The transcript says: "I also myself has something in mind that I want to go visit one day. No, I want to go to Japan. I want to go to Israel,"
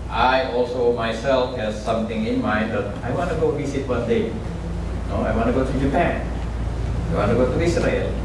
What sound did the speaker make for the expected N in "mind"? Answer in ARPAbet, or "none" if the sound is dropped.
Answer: none